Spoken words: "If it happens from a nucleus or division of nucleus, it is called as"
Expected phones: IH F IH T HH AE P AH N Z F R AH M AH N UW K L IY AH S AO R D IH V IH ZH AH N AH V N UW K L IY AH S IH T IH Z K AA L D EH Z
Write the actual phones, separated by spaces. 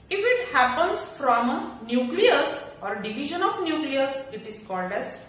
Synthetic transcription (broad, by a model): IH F IH T HH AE P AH N S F R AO M N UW K L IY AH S AO R D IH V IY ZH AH N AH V N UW K L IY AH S IH T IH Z K AA L D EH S